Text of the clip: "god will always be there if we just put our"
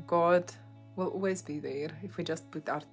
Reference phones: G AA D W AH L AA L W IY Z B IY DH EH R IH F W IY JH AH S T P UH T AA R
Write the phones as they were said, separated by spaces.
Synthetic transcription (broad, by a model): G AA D W AH L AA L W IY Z B IY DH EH R IH F W IY JH AH S T B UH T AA R